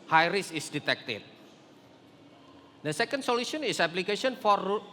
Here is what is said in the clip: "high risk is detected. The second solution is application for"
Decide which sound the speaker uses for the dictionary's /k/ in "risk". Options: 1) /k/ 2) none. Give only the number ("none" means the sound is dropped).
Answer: 2